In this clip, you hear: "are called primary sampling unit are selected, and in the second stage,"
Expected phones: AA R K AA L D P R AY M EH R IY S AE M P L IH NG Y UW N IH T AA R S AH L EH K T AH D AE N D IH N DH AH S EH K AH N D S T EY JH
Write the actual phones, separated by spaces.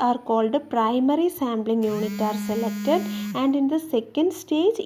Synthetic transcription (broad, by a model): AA R K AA L D P R AY M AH R IY S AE M B L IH NG Y UW N IH T AA R S AH L EH K T AH D AE N D IH N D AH S EH K AH N D S T EY JH